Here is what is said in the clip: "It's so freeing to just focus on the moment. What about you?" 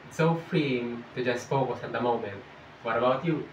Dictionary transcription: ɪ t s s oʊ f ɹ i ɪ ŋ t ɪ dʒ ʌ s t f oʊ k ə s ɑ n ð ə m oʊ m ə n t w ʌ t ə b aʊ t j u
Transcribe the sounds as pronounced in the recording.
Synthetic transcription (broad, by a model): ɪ t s s oʊ f ɹ i ɪ ŋ t ɪ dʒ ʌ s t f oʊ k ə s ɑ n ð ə m oʊ m ə n t w ʌ t ə b aʊ t j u